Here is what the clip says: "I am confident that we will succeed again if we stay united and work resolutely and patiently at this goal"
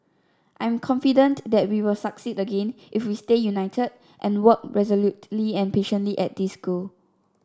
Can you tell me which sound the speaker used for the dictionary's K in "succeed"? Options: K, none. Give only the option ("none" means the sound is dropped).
K